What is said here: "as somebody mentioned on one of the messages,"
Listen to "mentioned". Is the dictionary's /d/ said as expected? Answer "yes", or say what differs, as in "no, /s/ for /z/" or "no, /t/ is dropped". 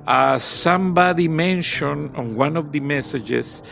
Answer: no, /d/ is dropped